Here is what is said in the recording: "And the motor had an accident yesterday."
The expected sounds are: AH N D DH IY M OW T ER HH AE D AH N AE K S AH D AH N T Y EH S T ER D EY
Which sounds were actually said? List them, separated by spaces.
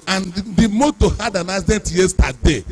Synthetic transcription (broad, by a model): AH N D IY M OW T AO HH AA D AH N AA S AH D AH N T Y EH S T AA D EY